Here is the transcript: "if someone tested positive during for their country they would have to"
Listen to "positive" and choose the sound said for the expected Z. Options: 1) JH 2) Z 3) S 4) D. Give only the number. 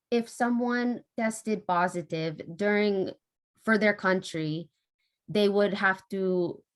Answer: 2